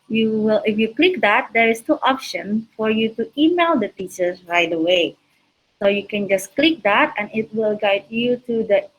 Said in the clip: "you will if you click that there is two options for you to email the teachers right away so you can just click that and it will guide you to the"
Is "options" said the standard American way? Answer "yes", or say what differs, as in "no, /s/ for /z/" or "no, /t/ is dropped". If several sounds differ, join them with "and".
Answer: no, /z/ is dropped